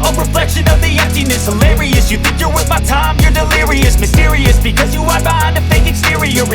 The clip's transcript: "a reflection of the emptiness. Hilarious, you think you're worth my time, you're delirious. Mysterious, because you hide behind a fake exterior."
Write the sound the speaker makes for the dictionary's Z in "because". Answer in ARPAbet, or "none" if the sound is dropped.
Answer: Z